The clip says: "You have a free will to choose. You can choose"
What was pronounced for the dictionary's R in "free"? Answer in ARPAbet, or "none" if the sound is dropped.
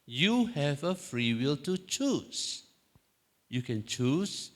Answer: R